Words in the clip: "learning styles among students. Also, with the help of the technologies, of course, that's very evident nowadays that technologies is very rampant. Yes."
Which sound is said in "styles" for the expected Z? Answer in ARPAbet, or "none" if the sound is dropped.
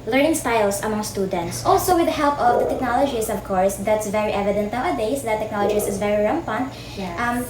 S